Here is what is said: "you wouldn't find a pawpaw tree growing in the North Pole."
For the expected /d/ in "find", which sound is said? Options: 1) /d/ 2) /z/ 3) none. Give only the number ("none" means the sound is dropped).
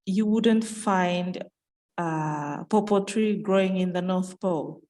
1